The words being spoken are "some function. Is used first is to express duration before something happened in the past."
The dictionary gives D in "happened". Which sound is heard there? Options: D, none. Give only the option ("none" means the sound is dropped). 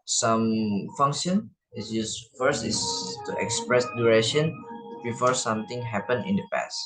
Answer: none